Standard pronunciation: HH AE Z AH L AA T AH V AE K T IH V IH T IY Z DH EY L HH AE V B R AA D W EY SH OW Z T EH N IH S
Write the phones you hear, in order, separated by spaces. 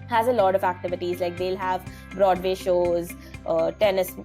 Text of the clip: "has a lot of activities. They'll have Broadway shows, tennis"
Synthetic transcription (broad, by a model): HH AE Z AH L AA T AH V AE K T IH V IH T IY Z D EY L HH AE V B R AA D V EY SH OW Z T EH N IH S